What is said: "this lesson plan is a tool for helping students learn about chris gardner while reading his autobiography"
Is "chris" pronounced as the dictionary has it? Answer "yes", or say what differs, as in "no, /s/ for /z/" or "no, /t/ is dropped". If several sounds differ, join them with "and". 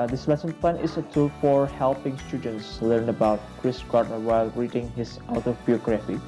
yes